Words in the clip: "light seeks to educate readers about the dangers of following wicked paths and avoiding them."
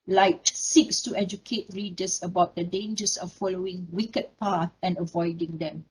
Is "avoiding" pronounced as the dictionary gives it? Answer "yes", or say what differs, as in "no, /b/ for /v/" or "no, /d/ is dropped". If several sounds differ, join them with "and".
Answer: yes